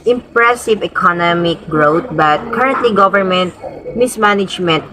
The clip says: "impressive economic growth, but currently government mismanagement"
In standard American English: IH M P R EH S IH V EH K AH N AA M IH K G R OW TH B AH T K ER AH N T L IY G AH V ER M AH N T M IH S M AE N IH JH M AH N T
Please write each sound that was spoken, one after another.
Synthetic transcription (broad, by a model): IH M P R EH S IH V EH K AH N AA M IH K G R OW T B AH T K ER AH N T L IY G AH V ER M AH N T M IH S M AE N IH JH M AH N T